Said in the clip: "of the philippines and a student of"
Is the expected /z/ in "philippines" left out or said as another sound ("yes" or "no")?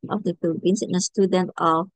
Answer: yes